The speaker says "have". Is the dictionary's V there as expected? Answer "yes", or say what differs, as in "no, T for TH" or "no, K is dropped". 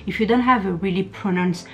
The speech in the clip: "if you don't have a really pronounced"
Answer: yes